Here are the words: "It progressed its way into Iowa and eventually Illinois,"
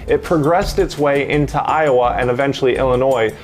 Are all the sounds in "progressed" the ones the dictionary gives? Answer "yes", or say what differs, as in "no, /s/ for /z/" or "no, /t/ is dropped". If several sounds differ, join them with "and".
yes